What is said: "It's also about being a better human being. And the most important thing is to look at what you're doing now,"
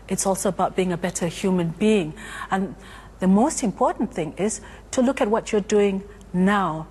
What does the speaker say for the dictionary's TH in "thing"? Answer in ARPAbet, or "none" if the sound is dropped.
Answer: TH